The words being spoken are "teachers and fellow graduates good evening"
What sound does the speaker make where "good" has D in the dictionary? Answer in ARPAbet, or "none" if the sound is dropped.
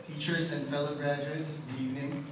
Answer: none